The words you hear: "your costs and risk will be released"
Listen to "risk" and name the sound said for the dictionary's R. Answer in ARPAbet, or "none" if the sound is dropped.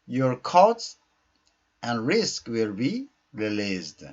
R